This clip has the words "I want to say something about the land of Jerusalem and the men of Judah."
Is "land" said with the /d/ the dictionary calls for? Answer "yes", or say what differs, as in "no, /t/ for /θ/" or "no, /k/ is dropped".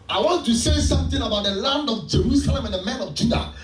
yes